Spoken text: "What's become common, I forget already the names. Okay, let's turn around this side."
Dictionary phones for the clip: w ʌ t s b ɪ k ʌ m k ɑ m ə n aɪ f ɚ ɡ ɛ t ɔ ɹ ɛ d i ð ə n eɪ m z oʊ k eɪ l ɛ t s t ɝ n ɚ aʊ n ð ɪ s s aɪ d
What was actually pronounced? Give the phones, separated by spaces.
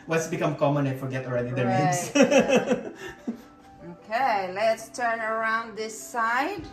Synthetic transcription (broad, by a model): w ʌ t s b ɪ k ʌ m k ɑ m ə n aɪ f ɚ ɡ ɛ t ɔ ɹ ɛ d i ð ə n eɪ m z oʊ k eɪ l ɛ t s t ɝ n ɚ aʊ n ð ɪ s s aɪ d